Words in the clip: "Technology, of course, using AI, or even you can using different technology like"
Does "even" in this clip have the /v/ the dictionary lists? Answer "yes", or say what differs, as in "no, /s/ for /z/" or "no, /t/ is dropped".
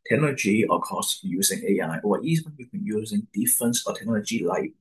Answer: no, /b/ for /v/